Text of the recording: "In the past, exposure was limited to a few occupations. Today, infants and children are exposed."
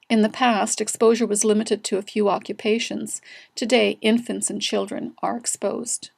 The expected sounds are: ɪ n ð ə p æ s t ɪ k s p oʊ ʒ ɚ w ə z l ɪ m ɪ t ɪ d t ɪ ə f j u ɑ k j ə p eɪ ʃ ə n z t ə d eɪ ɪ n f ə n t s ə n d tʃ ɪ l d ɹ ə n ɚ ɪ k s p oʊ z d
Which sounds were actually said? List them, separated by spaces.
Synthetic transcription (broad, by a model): ɪ n ð ə p æ s t ɪ k s p oʊ ʒ ɚ w ə z l ɪ m ɪ t ɪ d t ɪ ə f j u ɑ k j ə p eɪ ʃ ə n z t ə d eɪ ɪ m f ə n t s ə n tʃ ɪ l d ɹ ə n ɚ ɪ k s p oʊ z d